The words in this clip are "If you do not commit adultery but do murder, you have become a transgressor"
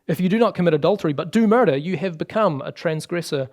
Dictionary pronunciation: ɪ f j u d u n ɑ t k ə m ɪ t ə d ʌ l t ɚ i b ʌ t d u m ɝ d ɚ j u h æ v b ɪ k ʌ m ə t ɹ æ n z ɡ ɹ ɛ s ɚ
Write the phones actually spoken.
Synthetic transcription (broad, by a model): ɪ f j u d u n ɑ t k ə m ɪ t ə d ʌ l t ɚ i b ʌ t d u m ɝ d ɚ j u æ v b ɪ k ʌ m ə t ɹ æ n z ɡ ɹ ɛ s ɚ